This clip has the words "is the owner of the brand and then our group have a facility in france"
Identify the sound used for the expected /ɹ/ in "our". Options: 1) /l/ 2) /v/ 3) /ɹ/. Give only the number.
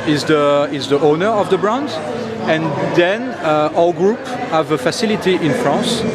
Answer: 1